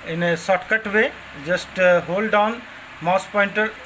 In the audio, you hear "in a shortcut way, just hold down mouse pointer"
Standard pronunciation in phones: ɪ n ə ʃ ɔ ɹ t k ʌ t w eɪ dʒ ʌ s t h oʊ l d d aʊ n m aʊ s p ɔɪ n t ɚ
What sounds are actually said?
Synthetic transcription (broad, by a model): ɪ n ə s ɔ t k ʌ t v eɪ dʒ ʌ s t h oʊ l d d aʊ n m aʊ s p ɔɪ n t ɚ